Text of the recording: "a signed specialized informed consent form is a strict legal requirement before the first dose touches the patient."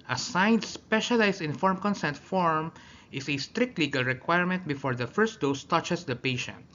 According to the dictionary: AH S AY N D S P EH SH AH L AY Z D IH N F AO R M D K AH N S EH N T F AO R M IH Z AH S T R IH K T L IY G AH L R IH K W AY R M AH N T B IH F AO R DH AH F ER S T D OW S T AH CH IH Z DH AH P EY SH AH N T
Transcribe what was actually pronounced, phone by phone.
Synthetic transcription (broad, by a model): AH S AY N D S P EH SH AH L AY S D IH N F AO R M K AH N S EH N T F AO R M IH S AH S T R IH K T L IY G AH L R IH K W AY R M AH N T B IH F AO R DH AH F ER S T D OW S T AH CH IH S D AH P EY SH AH N T